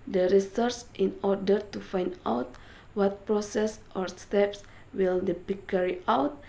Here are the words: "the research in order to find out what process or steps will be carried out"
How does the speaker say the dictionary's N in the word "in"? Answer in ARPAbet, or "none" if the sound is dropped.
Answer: N